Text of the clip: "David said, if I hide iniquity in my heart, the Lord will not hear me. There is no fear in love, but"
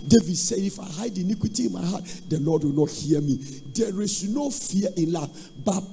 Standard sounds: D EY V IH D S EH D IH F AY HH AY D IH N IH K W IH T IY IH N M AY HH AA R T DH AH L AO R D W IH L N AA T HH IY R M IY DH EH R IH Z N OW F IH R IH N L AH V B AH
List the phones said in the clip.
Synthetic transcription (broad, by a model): D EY V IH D S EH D IH F AY HH AY D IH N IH K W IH T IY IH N M AY HH AA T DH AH L AO D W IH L N AA T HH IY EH M IY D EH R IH S N OW F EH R IH N L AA F B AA